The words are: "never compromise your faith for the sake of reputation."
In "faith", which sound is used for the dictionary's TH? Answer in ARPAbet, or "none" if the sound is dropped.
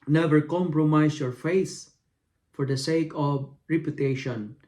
S